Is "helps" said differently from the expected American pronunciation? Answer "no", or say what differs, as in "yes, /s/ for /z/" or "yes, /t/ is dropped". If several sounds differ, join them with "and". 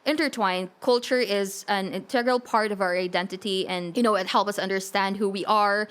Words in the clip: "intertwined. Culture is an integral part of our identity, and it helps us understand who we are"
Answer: yes, /s/ is dropped